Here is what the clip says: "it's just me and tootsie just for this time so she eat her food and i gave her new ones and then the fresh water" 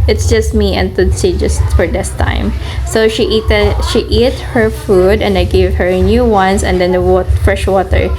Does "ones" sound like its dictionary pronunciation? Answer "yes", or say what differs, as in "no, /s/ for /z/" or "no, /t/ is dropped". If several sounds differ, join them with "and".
no, /s/ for /z/